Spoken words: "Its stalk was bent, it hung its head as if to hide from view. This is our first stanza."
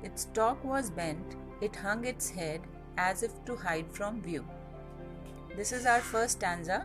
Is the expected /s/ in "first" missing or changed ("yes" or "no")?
yes